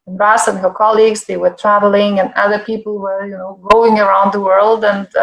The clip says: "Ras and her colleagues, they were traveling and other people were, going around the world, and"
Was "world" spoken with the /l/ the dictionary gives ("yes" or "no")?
yes